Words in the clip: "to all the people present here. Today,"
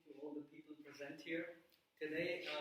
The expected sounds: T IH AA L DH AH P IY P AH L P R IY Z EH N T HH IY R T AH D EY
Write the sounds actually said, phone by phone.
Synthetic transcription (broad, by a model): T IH AA L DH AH P IY P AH L P R IY Z EH N T HH IY R T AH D EY